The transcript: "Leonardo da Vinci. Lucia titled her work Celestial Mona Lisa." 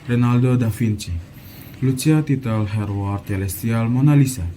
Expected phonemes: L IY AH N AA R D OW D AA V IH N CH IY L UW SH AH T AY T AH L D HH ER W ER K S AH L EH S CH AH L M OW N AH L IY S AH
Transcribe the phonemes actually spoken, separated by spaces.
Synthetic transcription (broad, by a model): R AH N AA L D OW D AA F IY N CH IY L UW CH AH T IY T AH L HH ER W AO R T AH L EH S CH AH L M OW N AH L IY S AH